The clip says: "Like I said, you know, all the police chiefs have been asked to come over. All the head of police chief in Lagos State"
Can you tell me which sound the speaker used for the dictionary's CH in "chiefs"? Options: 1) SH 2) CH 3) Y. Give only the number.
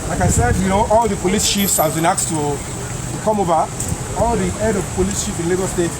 1